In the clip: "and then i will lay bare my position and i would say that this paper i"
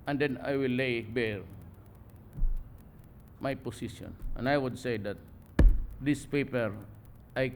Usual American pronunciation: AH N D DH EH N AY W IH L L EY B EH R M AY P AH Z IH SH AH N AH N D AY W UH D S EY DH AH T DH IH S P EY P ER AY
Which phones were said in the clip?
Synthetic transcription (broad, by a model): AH N D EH N AY W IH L L EY B EH R M AY P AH S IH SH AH N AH N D AY W UH D S EY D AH T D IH S P EY P ER AY